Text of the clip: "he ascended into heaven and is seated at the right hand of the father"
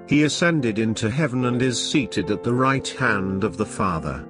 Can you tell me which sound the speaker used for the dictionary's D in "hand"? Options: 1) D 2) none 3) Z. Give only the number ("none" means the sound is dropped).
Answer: 1